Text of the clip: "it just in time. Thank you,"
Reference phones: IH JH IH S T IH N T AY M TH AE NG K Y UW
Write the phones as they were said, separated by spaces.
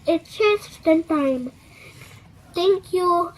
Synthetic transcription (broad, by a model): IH CH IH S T IH N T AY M T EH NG K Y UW